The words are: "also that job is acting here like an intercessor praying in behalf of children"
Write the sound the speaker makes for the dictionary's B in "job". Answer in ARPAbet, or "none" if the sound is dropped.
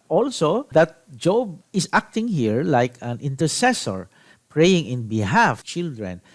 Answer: B